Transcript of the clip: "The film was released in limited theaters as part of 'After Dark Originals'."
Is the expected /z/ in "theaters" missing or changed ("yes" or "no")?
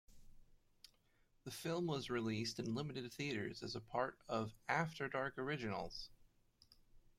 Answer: no